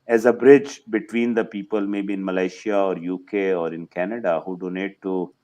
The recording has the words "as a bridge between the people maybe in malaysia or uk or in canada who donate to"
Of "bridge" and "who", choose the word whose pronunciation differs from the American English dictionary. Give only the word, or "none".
none